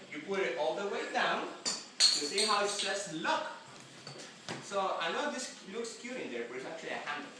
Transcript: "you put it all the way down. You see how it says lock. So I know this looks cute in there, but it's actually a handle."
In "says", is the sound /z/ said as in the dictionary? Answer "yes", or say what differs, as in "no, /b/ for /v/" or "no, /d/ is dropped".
no, /s/ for /z/